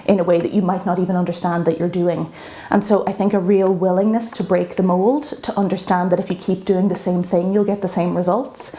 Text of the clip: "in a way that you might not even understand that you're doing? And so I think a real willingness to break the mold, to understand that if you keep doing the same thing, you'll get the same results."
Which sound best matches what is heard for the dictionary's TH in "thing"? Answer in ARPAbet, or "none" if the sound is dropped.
TH